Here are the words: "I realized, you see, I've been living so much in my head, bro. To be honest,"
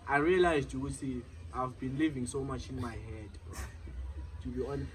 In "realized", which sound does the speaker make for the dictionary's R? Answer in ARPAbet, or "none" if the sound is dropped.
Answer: R